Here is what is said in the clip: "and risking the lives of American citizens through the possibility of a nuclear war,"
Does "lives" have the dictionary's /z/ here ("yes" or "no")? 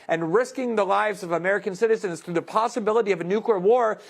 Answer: yes